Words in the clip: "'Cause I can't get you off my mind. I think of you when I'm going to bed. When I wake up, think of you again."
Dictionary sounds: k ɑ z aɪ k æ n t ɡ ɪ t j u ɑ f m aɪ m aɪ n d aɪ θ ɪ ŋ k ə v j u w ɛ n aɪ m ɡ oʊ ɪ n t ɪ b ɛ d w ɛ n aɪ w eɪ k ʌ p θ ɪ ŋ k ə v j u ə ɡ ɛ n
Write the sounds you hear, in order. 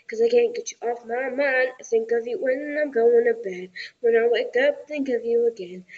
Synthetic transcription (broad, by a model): k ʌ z aɪ k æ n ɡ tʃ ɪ t ɑ f m aɪ m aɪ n aɪ s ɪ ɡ ə v j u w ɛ n aɪ m ɡ oʊ ɪ n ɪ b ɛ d w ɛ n aɪ w eɪ k ʌ p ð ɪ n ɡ ə v j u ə ɡ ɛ n